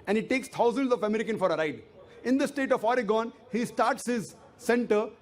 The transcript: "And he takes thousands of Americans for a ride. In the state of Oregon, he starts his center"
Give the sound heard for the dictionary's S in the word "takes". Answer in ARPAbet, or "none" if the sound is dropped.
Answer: S